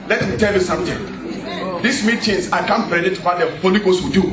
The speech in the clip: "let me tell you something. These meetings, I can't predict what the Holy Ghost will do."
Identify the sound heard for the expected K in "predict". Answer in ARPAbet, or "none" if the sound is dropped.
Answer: none